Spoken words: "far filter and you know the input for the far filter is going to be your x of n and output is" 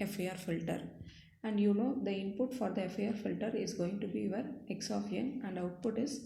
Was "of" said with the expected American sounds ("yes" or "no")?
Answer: no